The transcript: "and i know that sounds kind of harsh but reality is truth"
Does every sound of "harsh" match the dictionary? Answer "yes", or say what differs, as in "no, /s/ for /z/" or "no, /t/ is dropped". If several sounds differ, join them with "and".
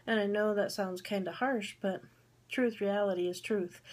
yes